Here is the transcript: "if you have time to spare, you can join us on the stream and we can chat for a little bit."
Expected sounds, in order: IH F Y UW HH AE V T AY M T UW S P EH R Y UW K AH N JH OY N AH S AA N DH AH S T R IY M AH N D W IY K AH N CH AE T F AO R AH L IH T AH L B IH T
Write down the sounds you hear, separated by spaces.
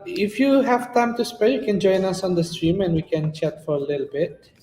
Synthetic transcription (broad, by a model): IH F Y UW HH AE V T AY M T UW S P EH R Y UW K AH N JH OY N AH S AA N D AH S T R IY M AH N D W IY K AH N CH AE T F AO R AH L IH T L B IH T